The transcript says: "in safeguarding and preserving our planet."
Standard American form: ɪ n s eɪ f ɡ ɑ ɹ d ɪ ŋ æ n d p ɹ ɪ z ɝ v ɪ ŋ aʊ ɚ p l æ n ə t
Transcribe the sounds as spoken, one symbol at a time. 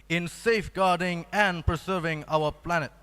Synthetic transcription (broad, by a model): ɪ n s eɪ f ɡ ɑ ɹ d ɪ ŋ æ n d p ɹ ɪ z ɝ v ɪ ŋ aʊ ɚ p l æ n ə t